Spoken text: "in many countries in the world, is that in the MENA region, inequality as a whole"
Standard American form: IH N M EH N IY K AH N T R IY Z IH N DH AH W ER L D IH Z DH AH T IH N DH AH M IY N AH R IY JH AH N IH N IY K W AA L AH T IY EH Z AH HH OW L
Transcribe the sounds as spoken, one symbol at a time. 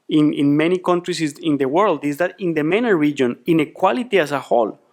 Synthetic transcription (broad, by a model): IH N M EH N IY K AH N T R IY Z IH N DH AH W ER L D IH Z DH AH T IH N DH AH M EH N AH R IY JH AH N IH N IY K W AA L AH T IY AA S AH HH OW L